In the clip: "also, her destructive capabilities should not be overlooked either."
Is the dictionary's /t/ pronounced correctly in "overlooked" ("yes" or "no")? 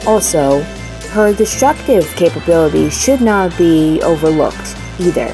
yes